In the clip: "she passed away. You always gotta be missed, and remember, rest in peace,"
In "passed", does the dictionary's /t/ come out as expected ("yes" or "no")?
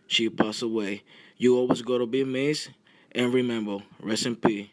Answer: no